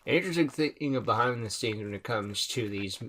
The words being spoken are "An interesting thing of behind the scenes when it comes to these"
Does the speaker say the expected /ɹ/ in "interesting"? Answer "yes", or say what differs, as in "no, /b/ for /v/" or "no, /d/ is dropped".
no, /ɹ/ is dropped